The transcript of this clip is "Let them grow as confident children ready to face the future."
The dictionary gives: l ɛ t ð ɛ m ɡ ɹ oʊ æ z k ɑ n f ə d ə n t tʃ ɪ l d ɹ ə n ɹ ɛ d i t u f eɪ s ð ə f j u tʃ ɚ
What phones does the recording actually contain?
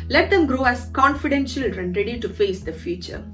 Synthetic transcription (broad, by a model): l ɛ t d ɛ m ɡ ɹ oʊ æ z k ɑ n f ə d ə n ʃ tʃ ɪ l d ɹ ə n ɹ ɛ d i t u f eɪ s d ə f j u tʃ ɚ